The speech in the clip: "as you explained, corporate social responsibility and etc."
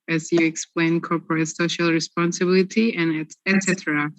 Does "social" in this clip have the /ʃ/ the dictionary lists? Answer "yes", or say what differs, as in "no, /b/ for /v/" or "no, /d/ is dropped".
yes